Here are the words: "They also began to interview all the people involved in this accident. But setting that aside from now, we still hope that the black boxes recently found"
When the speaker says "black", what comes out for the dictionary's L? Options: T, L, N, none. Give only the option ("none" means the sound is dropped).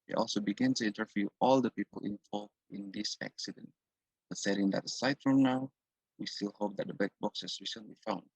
none